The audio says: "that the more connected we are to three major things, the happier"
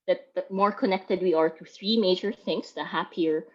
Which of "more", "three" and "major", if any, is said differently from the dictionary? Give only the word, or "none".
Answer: none